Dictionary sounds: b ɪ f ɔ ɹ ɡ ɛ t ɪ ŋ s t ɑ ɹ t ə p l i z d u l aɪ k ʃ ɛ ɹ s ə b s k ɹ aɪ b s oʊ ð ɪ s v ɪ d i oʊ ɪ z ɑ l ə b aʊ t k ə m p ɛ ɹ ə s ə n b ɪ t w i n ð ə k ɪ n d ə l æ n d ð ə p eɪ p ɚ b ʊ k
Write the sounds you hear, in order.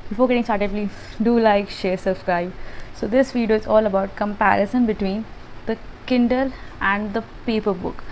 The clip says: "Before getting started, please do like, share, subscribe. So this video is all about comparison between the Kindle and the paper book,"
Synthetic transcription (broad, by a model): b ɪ f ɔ ɹ ɡ ɛ t ɪ ŋ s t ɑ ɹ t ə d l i d u l aɪ k ʃ ɛ ɹ s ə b s k ɹ aɪ b s oʊ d ɪ s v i d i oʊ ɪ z ɑ l ə b aʊ t k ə m p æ ɹ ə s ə n b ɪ t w i n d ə k ɪ n d ə l æ n d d ə p eɪ p ɚ b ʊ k